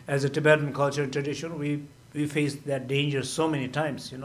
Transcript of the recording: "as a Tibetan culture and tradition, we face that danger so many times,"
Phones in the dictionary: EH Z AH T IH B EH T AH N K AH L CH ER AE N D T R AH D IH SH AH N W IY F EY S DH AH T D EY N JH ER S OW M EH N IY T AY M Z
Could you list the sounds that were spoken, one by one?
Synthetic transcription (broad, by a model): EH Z AH T IH B EH T AH N K AH L CH ER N T R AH D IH SH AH N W IY F EY S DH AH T D EY N JH ER S OW M EH N IY T AY M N